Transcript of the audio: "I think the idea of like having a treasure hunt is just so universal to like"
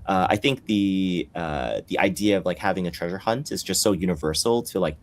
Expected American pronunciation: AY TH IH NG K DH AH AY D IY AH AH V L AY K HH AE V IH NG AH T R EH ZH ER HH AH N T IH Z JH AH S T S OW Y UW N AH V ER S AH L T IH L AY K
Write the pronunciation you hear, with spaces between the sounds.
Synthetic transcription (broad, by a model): AY TH IH NG K DH AH AY D IY AH AH V L AY K HH AE V IH NG AH T R EH ZH ER HH AH N T IH Z JH AH S T S OW Y UW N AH V ER S L T IH L AY K